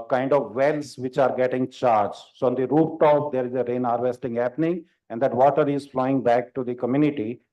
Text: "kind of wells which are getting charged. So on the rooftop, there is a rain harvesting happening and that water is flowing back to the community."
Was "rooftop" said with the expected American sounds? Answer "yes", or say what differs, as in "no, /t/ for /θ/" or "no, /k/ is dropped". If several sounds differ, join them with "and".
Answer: no, /f/ is dropped